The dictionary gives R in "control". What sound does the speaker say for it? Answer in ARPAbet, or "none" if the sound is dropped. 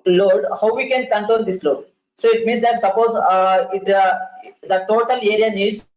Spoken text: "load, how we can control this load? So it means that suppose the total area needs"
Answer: none